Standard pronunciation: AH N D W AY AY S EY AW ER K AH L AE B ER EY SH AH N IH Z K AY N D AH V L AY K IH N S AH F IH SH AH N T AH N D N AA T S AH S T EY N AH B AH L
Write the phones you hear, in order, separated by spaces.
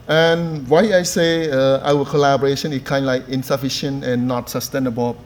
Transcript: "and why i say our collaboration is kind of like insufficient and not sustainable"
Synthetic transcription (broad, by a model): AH N W AY AY S EY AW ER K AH L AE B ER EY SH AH N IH S K AY N D L AY K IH N S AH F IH SH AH N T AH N N AA T S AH S T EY N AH B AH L